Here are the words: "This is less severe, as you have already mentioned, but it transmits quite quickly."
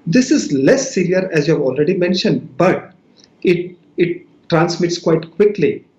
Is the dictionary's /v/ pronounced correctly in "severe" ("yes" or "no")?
no